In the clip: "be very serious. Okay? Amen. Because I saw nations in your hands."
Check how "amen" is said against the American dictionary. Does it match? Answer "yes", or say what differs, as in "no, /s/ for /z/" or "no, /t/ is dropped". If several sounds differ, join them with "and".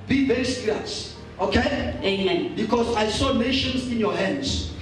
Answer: no, /m/ is dropped